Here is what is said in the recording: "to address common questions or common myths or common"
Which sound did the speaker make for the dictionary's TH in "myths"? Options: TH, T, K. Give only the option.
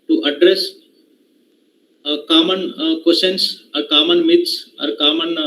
T